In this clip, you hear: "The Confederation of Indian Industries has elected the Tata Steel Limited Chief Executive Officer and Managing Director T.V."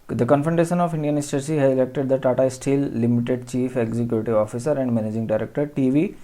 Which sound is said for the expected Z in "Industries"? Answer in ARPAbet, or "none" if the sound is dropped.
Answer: none